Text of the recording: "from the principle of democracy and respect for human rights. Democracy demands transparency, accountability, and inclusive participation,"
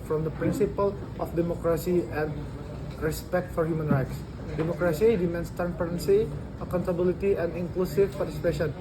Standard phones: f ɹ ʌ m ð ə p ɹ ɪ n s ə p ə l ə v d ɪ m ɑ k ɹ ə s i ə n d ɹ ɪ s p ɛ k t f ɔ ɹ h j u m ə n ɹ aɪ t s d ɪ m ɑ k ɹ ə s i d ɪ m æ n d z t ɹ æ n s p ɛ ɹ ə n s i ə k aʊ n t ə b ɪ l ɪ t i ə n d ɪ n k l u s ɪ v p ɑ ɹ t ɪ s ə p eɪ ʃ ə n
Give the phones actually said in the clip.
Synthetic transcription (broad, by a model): f ɹ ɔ m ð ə p ɹ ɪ n s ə p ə l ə f d ɪ m ɑ k ɹ ə s i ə n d ɹ ɪ s p ɛ k t f ɔ ɹ h j u m ə n ɹ aɪ t s d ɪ m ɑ k ɹ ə s i d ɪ m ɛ n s t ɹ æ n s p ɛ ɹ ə n s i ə k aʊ n t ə b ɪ l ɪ t i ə n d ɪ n k l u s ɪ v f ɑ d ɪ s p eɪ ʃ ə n